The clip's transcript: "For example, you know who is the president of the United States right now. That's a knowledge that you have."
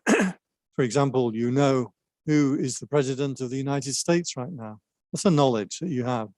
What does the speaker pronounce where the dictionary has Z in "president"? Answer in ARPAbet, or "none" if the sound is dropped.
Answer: Z